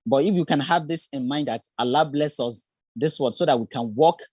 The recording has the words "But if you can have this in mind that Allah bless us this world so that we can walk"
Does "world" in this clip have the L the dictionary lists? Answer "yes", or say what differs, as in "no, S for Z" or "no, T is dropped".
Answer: no, L is dropped